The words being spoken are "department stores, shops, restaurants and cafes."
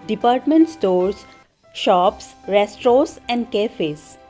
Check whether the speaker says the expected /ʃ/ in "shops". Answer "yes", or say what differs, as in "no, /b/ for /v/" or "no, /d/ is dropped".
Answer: yes